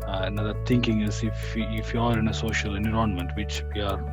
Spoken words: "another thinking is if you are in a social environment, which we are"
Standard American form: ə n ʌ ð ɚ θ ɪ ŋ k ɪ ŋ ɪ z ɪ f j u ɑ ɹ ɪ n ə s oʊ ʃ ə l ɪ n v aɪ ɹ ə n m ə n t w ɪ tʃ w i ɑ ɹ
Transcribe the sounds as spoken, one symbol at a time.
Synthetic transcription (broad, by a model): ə n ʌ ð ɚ t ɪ ŋ k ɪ ŋ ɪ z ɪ f j u ɑ ɹ ɪ n ə s oʊ ʃ ə l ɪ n ɪ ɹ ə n m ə n t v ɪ tʃ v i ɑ ɹ